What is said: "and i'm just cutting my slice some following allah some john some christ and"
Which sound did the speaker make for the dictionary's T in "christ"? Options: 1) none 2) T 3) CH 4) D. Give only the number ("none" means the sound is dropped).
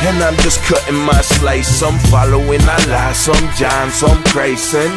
1